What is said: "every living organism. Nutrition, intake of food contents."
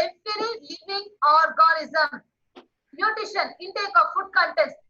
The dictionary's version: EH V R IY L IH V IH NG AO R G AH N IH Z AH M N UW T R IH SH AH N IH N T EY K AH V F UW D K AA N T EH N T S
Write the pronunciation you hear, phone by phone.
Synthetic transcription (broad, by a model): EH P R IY L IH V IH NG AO R G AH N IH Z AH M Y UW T IH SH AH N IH N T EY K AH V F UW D K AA N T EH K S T